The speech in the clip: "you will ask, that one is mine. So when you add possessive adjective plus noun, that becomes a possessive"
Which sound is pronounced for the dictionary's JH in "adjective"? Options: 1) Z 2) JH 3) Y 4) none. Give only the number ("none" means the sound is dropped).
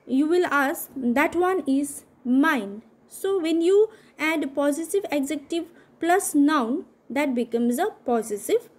1